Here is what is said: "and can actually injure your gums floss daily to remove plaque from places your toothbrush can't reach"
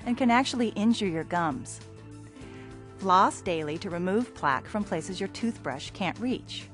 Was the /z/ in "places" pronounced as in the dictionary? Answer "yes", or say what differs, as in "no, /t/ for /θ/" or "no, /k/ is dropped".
yes